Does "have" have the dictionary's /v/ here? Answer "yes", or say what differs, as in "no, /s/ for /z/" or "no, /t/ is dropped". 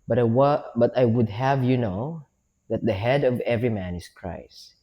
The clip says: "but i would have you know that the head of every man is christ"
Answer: yes